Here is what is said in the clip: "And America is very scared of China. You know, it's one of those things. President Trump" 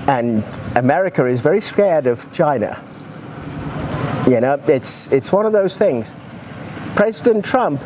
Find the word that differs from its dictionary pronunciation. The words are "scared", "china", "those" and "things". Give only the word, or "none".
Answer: none